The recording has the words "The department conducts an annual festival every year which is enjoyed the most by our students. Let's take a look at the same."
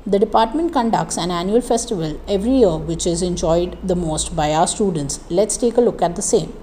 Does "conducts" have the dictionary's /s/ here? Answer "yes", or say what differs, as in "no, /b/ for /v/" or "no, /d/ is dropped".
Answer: yes